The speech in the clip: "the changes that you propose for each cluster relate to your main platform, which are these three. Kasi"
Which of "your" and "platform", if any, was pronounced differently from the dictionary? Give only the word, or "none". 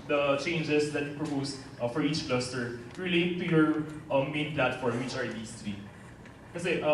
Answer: none